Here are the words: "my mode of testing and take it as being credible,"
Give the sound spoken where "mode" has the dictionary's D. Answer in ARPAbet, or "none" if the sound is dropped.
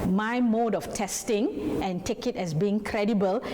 D